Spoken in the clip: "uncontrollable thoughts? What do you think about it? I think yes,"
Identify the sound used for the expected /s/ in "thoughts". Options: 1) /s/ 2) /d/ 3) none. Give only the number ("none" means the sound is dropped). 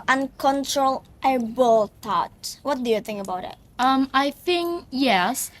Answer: 3